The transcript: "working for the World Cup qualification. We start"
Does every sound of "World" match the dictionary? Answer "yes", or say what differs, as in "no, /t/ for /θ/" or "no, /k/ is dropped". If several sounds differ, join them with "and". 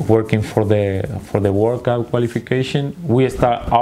no, /w/ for /l/